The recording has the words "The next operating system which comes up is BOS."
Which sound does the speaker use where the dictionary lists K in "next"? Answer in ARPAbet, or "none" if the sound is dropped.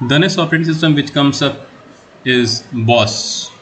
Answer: none